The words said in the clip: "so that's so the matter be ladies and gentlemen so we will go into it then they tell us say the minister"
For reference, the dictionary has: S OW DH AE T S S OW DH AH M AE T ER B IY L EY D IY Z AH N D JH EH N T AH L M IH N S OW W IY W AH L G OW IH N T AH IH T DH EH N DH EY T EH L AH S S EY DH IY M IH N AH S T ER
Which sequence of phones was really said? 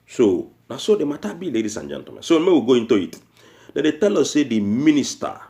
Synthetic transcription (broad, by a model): S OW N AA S S OW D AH M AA T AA B IY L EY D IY S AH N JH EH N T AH M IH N S OW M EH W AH G OW IH N T AH IH T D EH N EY T EH L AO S S EY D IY M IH N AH S T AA